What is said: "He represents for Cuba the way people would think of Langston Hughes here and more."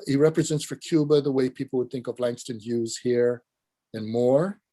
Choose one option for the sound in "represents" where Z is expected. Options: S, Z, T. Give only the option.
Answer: Z